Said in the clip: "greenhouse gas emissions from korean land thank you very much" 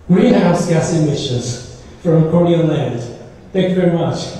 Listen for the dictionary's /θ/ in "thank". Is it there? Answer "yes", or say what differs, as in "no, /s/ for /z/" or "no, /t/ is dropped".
yes